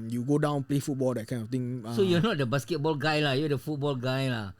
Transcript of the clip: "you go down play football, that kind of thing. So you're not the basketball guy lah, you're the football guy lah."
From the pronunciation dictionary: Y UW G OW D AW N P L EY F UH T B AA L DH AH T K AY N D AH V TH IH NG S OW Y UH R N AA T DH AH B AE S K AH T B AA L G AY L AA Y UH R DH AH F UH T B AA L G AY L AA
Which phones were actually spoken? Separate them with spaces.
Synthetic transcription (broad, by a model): Y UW G OW D AW N P L EY F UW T B AA L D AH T K AY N AH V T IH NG S OW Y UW N AA T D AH B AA S K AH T B AA L G AY L AA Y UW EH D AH F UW T B AA L G AY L AA